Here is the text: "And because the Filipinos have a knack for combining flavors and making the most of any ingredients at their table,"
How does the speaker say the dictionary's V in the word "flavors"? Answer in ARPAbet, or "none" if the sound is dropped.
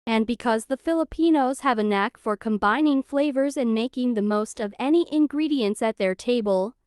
V